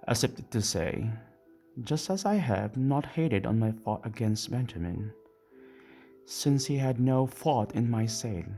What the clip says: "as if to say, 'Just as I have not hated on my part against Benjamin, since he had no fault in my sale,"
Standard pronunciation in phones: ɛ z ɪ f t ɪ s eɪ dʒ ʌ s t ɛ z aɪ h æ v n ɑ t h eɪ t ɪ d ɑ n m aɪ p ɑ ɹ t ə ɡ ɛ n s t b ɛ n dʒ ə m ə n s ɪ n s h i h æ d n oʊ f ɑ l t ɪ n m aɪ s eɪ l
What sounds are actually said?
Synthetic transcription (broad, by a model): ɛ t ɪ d t ɪ s eɪ dʒ ʌ s t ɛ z aɪ h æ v n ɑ t h eɪ t ɪ d ɑ n m aɪ f ɑ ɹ t ə ɡ ɛ n s t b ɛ n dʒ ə m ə n s ɪ n s h i h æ d n oʊ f ɑ t ɪ n m aɪ s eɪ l